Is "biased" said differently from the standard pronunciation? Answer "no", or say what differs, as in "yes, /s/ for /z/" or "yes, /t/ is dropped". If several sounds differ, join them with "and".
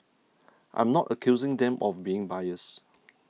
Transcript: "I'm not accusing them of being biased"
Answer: yes, /t/ is dropped